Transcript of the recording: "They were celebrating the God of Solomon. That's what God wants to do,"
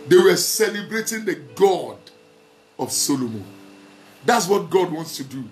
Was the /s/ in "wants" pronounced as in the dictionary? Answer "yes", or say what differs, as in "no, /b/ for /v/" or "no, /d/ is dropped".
yes